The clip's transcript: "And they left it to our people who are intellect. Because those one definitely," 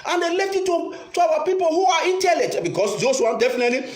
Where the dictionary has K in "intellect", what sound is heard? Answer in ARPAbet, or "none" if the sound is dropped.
none